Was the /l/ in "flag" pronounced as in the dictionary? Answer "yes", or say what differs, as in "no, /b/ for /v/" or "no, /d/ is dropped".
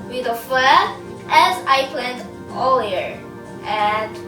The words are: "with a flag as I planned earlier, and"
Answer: no, /l/ is dropped